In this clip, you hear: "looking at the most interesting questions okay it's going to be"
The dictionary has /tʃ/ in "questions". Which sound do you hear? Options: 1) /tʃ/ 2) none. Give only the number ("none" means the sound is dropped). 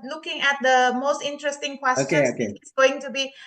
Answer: 2